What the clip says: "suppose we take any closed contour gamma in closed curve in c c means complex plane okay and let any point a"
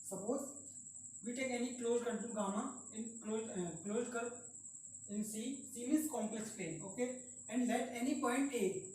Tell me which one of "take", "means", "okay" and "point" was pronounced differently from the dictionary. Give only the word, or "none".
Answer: means